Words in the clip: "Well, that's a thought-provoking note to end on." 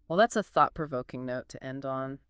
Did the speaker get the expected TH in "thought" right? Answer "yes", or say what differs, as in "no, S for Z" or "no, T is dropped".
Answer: yes